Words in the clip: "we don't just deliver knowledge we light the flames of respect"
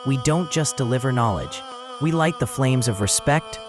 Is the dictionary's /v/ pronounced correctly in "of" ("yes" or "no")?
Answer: yes